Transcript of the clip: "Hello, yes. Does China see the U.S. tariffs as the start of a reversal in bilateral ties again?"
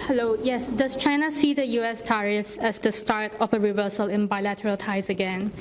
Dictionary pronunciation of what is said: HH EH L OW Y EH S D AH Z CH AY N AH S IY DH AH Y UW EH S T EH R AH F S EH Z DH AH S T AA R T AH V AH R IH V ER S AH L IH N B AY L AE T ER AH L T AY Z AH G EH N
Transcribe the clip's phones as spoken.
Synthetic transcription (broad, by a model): HH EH L OW Y EH S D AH S CH AY N AH S IY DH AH Y UW EH S T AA R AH F S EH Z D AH S T AA R T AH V AH R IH V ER S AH L IH N B AY L AE T ER AH L T AY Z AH G EH N